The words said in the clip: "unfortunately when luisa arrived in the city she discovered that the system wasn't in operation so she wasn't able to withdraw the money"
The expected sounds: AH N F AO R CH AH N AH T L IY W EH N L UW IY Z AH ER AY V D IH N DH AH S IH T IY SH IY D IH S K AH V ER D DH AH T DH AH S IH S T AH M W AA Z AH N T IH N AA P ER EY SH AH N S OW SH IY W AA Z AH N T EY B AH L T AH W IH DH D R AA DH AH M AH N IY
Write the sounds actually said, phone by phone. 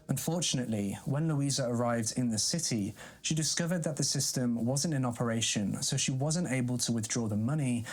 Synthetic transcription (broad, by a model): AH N F AO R CH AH N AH T L IY W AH N L UW IY Z AH ER AY V D IH N DH AH S IH T IY SH IY D IH S K AH V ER D DH AH T DH AH S IH S T AH M W AA Z AH N T IH N AA P ER EY SH AH N S OW SH IY W AA Z AH N T EY B AH L T AH W IH DH D R AA DH AH M AH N IY